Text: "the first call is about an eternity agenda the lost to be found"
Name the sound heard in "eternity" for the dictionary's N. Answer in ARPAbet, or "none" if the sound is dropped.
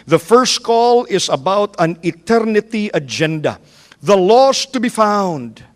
N